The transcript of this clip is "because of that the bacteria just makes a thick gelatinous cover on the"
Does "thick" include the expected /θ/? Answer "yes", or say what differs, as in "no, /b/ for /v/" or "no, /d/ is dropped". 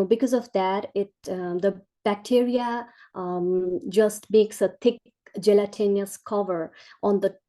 no, /t/ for /θ/